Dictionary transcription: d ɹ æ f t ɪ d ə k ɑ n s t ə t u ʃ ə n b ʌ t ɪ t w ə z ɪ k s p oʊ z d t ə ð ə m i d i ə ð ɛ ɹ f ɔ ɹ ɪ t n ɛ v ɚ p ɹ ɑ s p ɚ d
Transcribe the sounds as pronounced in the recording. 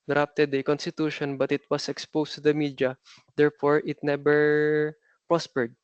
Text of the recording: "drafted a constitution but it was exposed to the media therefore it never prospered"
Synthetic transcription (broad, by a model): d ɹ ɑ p t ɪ d ə k ɑ n s t ə t u ʃ ə n b ʌ t ɪ t w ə s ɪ k s p oʊ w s t ə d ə m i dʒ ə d ɛ ɹ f ɔ ɹ ɪ t n ɛ b ɚ p ɹ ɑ s p ɚ d